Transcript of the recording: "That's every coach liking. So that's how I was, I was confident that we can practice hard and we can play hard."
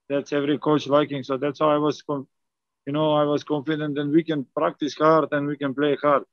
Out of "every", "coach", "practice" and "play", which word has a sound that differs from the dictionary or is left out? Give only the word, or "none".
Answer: none